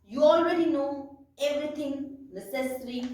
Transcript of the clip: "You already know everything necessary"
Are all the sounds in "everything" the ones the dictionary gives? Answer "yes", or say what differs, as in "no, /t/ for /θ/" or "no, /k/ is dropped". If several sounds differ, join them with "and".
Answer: no, /t/ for /θ/